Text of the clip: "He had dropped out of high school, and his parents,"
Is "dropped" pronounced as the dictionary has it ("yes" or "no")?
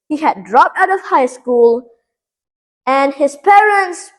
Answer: yes